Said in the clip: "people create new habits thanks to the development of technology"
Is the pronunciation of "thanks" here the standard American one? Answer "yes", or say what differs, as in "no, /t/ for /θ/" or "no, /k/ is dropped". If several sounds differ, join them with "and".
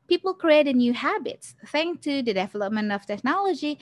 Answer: no, /s/ is dropped